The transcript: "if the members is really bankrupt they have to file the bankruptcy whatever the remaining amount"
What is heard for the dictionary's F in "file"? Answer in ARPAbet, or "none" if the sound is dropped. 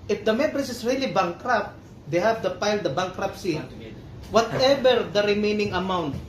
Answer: P